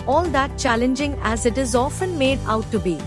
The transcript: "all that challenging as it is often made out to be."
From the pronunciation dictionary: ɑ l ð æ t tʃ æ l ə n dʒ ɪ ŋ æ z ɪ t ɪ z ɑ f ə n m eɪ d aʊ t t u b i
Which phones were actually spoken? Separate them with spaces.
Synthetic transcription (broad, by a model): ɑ l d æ t tʃ æ l ə n dʒ ɪ ŋ æ z ɪ t ɪ z ɑ f ə n m eɪ d aʊ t t u b i